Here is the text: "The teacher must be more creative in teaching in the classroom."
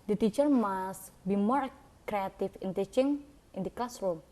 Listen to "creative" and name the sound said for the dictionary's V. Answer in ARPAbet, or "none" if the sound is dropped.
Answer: F